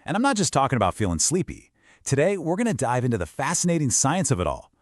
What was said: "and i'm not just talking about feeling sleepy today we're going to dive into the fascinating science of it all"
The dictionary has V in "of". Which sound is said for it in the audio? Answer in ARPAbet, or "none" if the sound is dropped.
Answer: V